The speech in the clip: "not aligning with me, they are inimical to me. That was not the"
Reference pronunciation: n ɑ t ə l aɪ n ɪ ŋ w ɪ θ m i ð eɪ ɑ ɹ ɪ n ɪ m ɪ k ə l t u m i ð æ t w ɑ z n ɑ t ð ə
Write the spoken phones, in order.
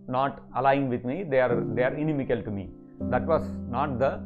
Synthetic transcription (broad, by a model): n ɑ t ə l aɪ ɪ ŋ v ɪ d m i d eɪ ɑ ɹ ɪ n ɪ m ɪ k ə l t u m i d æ t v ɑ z n ɑ t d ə